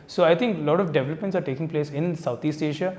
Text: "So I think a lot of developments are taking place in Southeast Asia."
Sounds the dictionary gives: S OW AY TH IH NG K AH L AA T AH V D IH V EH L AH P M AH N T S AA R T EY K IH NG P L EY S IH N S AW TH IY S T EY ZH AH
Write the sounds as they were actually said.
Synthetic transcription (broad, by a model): S OW AY T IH NG K L AA T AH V D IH V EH L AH P M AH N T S AA R T EY K IH NG P L EY S IH N S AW T IY S T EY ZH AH